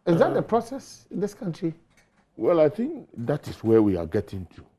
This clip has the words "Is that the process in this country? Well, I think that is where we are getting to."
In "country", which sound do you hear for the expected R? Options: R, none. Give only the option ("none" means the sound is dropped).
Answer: R